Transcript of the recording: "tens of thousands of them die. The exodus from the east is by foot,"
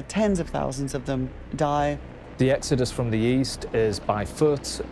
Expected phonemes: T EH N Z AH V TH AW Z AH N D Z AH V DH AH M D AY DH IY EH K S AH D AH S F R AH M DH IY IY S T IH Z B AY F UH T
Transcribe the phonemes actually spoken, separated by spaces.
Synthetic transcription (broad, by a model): T EH N Z AH V TH AW Z AH N D Z AH V DH AH M D AY DH IY EH K S AH D AH S F R AH M DH IY IY S T IH Z B AY F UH T